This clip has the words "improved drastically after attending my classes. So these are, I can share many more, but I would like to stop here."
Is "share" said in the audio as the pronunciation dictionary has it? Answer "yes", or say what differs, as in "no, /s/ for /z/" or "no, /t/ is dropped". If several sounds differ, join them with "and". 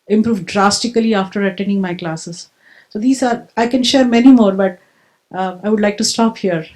yes